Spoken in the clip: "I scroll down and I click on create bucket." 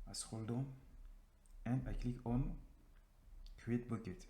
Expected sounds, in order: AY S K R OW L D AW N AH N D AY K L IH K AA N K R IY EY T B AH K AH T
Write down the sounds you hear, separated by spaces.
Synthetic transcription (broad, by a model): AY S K OW L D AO AH N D AY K L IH K AA N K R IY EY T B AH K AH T